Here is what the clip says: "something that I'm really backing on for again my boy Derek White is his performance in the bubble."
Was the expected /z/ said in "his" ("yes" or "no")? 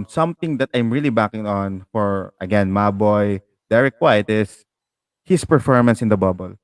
no